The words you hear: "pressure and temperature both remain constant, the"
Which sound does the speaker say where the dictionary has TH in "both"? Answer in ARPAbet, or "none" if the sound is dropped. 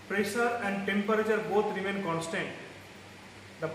T